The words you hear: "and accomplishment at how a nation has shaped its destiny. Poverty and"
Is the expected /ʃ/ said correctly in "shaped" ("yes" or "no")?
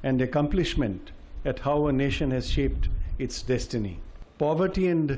yes